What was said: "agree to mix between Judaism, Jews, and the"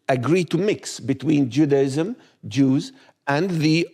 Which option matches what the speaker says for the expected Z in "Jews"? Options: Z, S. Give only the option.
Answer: Z